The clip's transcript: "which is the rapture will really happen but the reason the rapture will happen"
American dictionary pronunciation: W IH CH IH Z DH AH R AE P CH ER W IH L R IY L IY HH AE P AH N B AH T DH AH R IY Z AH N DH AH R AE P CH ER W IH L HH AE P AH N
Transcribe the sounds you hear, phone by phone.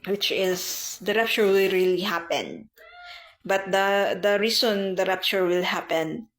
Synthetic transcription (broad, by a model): W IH CH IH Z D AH R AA P CH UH W IH L R IY L IY HH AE P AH N B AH T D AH R IY S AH N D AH R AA P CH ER W IH L HH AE P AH N